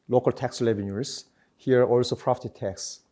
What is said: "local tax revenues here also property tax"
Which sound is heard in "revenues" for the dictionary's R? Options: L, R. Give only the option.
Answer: L